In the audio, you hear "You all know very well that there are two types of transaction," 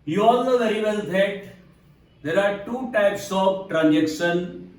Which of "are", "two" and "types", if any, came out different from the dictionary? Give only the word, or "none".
none